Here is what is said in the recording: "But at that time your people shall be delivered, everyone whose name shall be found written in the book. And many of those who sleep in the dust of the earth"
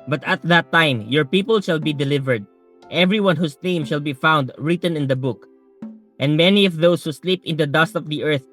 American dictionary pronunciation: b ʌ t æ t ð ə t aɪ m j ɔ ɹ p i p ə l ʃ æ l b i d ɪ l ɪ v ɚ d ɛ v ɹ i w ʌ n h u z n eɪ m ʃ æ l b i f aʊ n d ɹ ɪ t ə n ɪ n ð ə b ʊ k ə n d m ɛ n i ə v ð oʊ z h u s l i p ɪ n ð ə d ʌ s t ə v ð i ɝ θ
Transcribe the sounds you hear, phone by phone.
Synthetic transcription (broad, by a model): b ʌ t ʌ t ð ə t aɪ m j ɔ ɹ p i p ə l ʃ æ l b i d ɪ l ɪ v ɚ d ɛ v ɹ i w ʌ n h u s n eɪ m ʃ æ l b i f aʊ n d ɹ ɪ t ə n ɪ n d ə b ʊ k ə n d m ɛ n i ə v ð oʊ s h u s l i p ɪ n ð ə d ʌ s t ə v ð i ɝ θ